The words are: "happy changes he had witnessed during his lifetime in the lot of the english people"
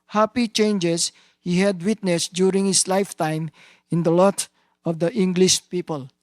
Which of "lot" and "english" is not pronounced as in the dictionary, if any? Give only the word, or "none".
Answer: none